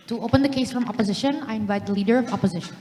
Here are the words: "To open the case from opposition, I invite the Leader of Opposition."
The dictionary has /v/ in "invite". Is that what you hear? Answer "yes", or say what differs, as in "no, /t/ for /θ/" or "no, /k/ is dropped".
yes